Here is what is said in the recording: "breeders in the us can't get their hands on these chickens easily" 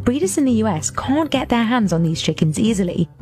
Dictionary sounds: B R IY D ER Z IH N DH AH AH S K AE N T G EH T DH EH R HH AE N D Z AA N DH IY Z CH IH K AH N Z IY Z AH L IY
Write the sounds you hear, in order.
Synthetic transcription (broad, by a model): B R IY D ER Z IH N DH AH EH S K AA N G EH T DH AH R HH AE N D Z N DH IY Z CH IH K AH N Z IY Z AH L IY